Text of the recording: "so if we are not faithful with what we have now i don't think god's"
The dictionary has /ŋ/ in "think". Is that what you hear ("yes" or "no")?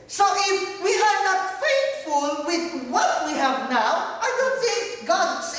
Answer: no